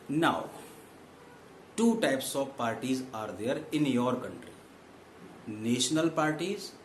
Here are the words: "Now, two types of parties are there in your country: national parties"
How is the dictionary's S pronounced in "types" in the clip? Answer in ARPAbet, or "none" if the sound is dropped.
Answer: S